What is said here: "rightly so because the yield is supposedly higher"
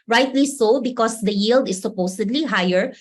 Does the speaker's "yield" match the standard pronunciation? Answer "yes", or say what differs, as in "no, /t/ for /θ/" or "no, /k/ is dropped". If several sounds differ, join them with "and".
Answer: yes